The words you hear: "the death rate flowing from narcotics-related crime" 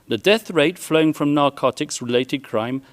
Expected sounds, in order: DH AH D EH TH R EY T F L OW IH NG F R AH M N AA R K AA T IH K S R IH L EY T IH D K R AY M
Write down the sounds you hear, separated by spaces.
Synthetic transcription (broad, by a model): DH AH D EH TH R EY T F L OW IH NG F R AH M N AA R K AA T IH K S R IH L EY T IH D K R AY M